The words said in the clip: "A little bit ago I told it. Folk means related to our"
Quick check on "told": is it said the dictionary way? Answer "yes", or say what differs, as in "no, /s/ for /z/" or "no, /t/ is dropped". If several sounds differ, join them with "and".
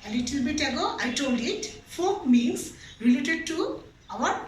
yes